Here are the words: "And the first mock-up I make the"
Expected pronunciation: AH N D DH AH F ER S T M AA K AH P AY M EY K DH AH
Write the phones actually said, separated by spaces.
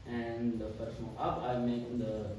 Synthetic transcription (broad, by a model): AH N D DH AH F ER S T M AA AH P AY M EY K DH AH